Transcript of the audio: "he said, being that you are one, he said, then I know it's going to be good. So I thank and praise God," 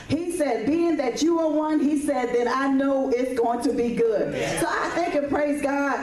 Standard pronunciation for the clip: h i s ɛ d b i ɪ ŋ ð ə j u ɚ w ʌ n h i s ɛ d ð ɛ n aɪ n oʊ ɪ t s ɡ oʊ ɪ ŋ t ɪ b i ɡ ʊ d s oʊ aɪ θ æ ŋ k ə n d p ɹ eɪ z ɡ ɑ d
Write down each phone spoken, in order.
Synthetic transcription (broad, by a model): h i s ɛ d b i ɪ ŋ ð ə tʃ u ɚ w ʌ n h i s ɛ d ð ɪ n aɪ n oʊ ɪ t s ɡ oʊ ɪ ŋ t ɪ b i ɡ ʊ d s oʊ aɪ θ æ ŋ k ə p ɹ eɪ z ɡ ɑ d